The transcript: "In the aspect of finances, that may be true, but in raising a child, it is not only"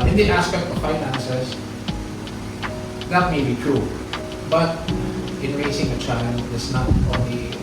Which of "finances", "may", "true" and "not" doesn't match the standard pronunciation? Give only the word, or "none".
finances